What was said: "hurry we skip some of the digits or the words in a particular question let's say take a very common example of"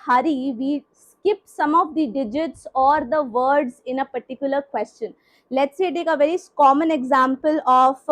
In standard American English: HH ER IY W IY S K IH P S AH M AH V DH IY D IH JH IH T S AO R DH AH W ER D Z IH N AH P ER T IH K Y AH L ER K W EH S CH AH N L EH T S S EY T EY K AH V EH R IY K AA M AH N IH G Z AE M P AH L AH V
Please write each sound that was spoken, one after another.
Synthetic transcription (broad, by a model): HH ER IY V IY S K IH P S AH M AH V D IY D IH JH IH T S AO R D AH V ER D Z IH N AH P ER T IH K Y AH L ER K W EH S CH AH N L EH T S S EY T EY K AH V EH R IY K AA M AH N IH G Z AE M P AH L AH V